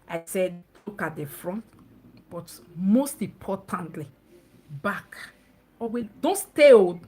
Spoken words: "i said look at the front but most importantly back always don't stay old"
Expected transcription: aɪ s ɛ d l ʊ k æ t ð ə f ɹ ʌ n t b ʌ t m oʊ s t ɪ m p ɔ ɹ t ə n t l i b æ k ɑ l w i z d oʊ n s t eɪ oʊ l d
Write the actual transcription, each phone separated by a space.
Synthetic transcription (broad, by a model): aɪ s ɛ d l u k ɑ t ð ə f ɹ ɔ n t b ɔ t m oʊ s t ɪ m p ɔ t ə n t l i b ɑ k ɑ w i d oʊ n s t eɪ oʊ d